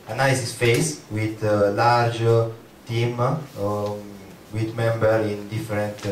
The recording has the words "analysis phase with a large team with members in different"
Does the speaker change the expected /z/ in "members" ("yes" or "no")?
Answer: yes